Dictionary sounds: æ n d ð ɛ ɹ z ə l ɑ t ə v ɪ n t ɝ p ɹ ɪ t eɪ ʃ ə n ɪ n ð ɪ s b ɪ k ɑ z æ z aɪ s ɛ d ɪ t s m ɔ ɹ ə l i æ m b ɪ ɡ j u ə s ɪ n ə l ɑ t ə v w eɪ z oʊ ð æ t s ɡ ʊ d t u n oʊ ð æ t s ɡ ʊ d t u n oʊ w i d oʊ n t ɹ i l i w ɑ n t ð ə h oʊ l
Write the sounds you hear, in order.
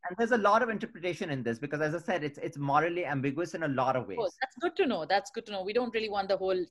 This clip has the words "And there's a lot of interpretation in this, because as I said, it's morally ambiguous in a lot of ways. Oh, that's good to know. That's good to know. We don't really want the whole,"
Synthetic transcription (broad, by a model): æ n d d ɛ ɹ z ə l ɑ t ə v ɪ n t ɝ p ɹ ɪ t eɪ ʃ ə n ɪ n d ɪ s b ɪ k ɑ z æ z aɪ s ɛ d ɪ t s m ɔ ɹ ə l i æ m b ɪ ɡ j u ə s ɪ n ə l ɑ t ə v eɪ oʊ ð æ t s ɡ ʊ d t u n oʊ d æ t s ɡ ʊ d t u n oʊ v i d oʊ n t ɹ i l i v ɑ n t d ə h oʊ l